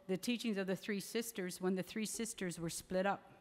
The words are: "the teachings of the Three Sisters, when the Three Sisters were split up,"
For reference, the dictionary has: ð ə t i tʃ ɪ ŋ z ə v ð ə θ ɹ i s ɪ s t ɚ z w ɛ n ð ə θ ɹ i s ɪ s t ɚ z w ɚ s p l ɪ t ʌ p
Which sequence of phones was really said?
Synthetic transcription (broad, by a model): ð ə t i tʃ ɪ ŋ z ə v ð ə θ ɹ i s ɪ s t ɚ z w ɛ n ð ə θ ɹ i s ɪ s t ɚ z w ɚ s p l ɪ t ʌ p